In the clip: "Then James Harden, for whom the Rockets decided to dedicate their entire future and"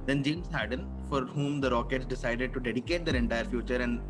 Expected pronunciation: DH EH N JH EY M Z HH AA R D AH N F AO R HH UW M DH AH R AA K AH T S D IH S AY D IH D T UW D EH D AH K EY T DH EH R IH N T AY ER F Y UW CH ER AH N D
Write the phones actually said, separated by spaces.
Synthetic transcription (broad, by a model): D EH N JH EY M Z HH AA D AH N F AO R HH UW M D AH R AA K AH T S D IH S AY D IH D T UW D EH D AH K EY T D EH R IH N T AY ER F Y UW CH ER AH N D